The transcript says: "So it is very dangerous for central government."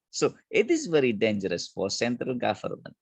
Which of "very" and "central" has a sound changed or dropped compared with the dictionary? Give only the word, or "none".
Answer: none